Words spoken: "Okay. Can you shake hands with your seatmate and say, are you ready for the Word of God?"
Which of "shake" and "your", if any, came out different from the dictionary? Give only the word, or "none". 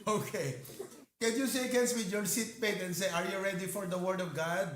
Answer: shake